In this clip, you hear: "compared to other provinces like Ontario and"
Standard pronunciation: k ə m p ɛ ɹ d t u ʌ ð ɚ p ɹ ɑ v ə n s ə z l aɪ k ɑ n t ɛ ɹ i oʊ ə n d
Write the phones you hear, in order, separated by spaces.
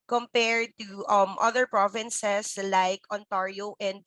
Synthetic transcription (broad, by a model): k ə m p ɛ ɹ d t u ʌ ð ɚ p ɹ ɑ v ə n s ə s l aɪ k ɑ n t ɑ ɹ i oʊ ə n d